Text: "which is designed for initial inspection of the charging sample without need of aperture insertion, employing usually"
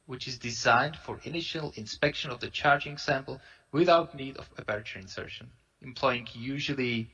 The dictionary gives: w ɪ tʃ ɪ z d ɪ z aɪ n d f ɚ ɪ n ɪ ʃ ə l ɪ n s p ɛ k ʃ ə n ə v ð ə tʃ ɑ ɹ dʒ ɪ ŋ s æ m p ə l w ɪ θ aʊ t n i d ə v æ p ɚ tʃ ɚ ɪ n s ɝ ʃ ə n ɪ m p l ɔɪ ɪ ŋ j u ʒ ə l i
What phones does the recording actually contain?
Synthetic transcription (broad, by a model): w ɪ tʃ ɪ z d ɪ z aɪ n d f ɚ ɪ n ɪ ʃ ə l ɪ n s p ɛ k ʃ ə n ə v ð ə tʃ ɑ ɹ dʒ ɪ ŋ s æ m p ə l w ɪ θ aʊ t n i d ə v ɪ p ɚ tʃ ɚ ɪ n s ɝ ʃ ə n ɪ m p l ɔɪ ɪ ŋ j u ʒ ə l i